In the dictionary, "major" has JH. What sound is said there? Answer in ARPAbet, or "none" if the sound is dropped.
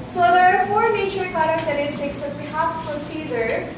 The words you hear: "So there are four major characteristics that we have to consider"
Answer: CH